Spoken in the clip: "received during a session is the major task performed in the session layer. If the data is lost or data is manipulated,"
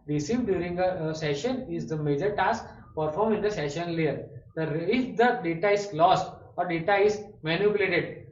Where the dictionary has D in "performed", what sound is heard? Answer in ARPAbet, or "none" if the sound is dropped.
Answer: none